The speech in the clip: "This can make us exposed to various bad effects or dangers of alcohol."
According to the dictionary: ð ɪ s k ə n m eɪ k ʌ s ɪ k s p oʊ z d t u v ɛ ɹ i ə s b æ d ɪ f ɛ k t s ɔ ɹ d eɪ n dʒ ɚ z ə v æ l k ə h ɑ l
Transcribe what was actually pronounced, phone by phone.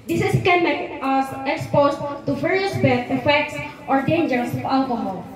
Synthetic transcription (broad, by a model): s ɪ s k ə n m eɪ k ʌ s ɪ k s p oʊ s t t u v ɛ ɹ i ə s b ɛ ɪ f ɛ k t s ɔ ɹ d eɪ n dʒ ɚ s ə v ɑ l k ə h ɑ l